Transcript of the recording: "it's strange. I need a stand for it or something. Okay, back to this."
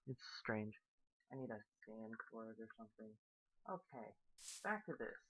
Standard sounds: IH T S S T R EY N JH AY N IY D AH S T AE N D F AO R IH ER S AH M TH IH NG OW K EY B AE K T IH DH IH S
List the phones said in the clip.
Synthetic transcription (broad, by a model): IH T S S T R EY N JH AY N IY D AH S S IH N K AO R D ER S AH M TH IH NG OW K EY B AE K T IH DH IH S